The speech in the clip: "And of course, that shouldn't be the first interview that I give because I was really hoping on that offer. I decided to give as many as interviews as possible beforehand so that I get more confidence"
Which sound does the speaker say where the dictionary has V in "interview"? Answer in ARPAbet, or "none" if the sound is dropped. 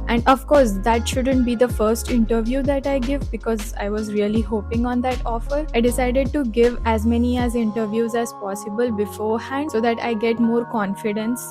V